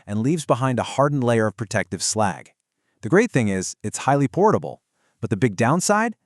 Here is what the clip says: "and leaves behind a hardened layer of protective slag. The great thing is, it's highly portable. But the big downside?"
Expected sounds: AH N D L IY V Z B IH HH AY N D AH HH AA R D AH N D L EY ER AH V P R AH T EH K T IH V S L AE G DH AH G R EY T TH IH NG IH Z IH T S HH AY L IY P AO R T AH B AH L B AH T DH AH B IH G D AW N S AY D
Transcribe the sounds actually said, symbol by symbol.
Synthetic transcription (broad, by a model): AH N L IY V Z B IH HH AY N D AH HH AA R D N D L EY ER AH V P R AH T EH K T IH V S L AE G DH AH G R EY T TH IH NG IH Z IH T S HH AY L IY P AO R T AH B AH L B AH T DH AH B IH G D AW N S AY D